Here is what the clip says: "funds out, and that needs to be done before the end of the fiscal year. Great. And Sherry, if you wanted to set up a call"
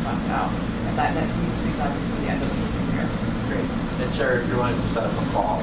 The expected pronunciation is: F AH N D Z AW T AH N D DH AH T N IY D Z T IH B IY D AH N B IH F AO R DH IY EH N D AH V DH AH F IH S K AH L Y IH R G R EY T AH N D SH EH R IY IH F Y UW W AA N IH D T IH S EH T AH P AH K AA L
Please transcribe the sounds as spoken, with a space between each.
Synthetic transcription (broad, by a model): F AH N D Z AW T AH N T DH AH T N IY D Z T IH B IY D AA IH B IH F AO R DH IY EH N D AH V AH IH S AH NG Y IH R G R EY T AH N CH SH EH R IH F Y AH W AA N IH T IH S EH T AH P AH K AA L